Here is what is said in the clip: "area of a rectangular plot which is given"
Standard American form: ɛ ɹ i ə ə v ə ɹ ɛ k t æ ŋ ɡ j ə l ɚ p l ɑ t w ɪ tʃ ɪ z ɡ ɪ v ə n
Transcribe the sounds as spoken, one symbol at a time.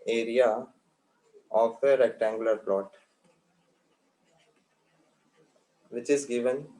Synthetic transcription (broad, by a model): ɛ ɹ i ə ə f ə ɹ ɛ k t æ ŋ ɡ j ə l ɚ p l ɑ t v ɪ tʃ ɪ z ɡ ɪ v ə n